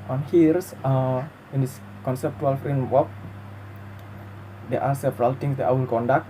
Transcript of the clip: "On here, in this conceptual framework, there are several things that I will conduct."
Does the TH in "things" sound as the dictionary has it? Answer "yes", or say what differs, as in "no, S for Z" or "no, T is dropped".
no, T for TH